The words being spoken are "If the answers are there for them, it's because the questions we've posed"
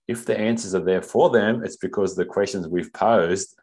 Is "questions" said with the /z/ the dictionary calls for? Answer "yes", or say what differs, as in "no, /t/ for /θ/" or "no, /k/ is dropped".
yes